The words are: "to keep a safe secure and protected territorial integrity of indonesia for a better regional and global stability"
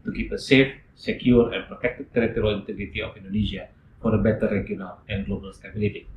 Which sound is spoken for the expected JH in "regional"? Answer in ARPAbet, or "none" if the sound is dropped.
none